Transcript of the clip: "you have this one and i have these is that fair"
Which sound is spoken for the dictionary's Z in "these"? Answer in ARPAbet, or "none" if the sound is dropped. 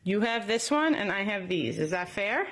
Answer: Z